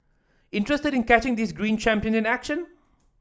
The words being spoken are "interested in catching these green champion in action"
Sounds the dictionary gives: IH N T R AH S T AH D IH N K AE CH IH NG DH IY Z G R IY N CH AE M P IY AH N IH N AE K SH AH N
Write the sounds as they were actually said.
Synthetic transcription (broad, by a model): IH N T R AH S T AH D IH N K AE CH IH NG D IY S G R IY N CH AE M P IY AH N IH N AE K SH AH N